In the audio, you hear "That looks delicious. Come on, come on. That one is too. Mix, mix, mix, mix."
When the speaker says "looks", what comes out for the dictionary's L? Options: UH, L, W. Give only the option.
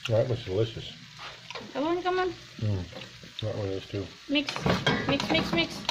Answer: W